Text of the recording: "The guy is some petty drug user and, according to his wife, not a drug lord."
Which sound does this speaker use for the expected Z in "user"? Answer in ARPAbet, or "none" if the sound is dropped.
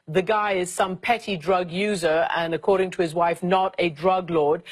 Z